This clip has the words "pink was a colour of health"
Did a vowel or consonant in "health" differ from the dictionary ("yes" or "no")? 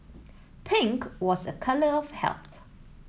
no